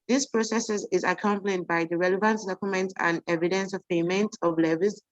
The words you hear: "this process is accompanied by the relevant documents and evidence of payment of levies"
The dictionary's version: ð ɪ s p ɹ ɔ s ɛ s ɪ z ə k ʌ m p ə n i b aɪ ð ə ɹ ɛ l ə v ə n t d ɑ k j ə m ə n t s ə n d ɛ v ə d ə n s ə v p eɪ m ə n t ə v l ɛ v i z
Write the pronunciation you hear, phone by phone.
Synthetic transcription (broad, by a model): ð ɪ s p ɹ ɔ s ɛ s ɪ z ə k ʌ m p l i b aɪ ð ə ɹ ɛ l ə v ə n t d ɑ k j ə m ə n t ə n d ɛ v ə d ə n s ə v p eɪ m ə n t ə v l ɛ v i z